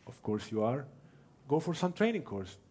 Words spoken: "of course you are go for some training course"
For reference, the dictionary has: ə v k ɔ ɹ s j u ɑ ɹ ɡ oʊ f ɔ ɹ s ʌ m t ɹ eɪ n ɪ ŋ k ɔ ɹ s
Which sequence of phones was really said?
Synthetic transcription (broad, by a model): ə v k ɔ ɹ s j u ɑ ɹ ɡ oʊ f ɔ ɹ s ʌ m t ɹ eɪ n ɪ ŋ k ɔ ɹ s